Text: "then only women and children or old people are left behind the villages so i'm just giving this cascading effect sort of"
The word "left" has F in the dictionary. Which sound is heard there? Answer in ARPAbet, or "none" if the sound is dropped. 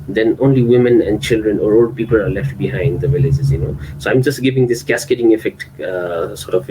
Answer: F